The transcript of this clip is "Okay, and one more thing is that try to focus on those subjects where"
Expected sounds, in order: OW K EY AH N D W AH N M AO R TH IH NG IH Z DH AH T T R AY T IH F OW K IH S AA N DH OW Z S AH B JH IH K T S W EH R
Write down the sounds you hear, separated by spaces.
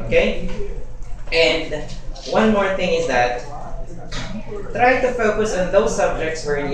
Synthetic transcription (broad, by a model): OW K EY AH N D W AH N M AO R TH IH NG IH Z DH AH T T R AY T IH F OW K IH S AA N DH OW Z S AH B JH IH K T S W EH R